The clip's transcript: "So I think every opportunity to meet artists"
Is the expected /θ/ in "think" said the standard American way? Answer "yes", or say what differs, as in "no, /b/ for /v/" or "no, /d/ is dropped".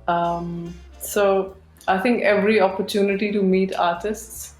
no, /t/ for /θ/